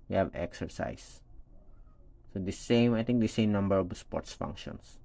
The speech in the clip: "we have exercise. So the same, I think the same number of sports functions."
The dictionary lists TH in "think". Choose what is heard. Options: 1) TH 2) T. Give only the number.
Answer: 2